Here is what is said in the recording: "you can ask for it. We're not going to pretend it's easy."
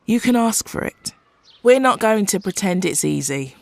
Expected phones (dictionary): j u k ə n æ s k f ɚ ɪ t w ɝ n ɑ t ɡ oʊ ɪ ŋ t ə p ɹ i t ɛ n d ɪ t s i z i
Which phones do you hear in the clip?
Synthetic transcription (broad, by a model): j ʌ k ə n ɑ s k f ɚ ɪ t w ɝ n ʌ t ɡ oʊ ɪ ŋ t ə p ɹ i t ɛ n d ɪ t s i z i